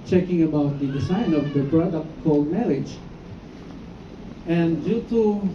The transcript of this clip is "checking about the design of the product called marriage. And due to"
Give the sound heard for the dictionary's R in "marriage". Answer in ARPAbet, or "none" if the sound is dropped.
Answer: L